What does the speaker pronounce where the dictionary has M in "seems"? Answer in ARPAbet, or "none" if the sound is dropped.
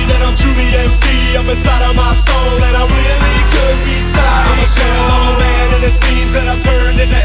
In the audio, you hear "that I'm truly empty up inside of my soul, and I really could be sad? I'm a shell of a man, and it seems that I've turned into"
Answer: none